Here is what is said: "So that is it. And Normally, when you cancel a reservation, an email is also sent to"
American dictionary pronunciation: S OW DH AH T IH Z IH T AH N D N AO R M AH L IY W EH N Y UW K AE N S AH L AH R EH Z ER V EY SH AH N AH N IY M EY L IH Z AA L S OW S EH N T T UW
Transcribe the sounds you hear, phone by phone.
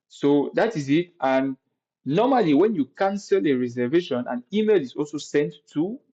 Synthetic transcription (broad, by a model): S OW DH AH T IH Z IH T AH N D N AO M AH L IY W EH N Y UW K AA N S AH L AH R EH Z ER V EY SH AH N AH N IY M EY L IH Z AA L S OW S EH N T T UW